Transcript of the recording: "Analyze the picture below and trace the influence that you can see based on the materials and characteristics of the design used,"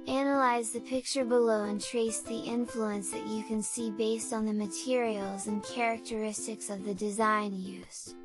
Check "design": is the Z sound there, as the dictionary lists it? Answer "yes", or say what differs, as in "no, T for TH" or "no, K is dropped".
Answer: yes